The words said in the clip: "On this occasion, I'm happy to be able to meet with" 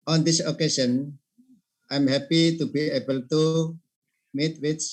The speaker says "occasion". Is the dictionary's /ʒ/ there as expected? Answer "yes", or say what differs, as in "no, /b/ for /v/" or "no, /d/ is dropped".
no, /ʃ/ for /ʒ/